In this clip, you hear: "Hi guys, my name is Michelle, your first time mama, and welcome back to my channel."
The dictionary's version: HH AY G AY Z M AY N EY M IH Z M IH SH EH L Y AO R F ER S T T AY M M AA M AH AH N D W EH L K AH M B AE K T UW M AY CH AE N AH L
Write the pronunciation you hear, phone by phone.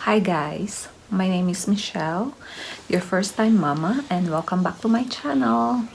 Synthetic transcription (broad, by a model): HH AY G AY S M AY N EY M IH S M IH SH EH L Y AO R F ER S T T AY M M AA M AH AH N D W EH L K AH M B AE K T UW M AY CH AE N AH L